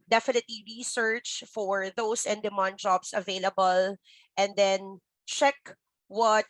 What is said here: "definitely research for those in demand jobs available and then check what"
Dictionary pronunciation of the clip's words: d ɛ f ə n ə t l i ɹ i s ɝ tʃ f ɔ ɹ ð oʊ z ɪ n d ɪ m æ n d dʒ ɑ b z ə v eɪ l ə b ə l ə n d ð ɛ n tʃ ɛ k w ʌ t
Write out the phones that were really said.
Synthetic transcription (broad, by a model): d ɛ f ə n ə t l i ɹ i s ɝ tʃ f ɔ ɹ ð oʊ s ɪ n d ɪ m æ n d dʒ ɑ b s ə v eɪ l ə b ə l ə n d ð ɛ n tʃ ɛ k w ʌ t